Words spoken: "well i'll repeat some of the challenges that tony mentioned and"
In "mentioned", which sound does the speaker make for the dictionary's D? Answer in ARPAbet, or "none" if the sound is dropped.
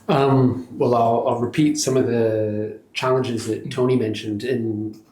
D